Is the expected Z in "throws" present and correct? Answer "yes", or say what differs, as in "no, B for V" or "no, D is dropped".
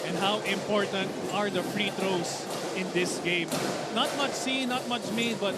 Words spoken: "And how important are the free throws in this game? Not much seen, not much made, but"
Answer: no, S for Z